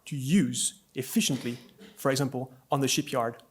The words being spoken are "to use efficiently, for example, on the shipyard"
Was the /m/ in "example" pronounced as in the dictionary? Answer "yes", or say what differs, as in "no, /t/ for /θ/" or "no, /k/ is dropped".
yes